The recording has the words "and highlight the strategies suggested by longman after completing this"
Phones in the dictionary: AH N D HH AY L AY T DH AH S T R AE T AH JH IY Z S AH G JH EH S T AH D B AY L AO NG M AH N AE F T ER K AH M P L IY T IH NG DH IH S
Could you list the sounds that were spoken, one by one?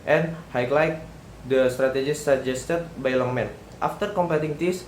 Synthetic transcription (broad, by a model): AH N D HH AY L AY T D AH S T R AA T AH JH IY S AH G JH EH S T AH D B AY L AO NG M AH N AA F T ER K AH M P EH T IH NG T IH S